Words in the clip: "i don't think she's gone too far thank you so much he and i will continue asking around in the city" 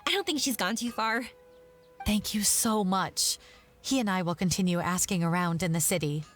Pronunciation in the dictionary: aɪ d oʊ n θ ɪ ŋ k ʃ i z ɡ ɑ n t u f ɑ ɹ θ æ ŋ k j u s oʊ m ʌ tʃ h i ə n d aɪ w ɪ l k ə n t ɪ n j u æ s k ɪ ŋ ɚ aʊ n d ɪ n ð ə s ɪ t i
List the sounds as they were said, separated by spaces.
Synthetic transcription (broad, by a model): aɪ d oʊ n θ ɪ ŋ k ʃ i z ɡ ɑ n t u f ɑ ɹ θ æ ŋ k j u s oʊ m ʌ tʃ h i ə n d aɪ w ɪ l k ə n t ɪ n j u æ s k ɪ ŋ ɚ aʊ n d ɪ n ð ə s ɪ t i